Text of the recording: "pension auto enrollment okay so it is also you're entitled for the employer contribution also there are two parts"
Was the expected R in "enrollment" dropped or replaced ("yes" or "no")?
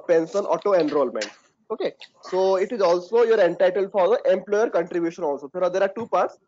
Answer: no